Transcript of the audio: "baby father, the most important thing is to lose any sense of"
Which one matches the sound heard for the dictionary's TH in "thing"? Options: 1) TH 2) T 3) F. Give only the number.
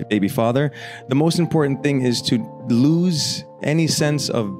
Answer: 1